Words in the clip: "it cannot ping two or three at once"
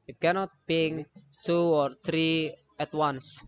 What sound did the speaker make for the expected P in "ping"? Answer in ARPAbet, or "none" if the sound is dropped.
B